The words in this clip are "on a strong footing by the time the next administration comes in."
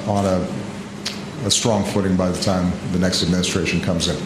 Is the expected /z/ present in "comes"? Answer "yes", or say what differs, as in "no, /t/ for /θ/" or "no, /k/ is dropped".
yes